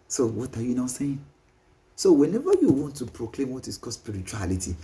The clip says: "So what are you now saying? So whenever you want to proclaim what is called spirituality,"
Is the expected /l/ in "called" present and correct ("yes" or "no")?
no